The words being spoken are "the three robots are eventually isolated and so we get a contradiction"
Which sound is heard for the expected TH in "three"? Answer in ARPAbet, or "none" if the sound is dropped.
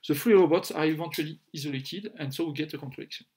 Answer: F